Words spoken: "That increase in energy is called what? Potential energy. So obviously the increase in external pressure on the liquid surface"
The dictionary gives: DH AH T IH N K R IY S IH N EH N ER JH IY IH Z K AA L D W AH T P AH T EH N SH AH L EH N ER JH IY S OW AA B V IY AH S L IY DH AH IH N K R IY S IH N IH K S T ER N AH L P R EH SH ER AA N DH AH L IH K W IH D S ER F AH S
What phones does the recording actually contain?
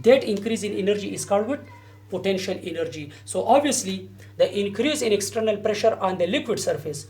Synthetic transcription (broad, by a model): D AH T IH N K R IY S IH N EH N ER JH IY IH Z K AA L D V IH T P AH T EH N SH AH L EH N ER JH IY S OW AA B V IY AH S L IY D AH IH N K R IY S IH N IH K S T ER N AH L P R EH SH ER AA N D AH L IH K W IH D S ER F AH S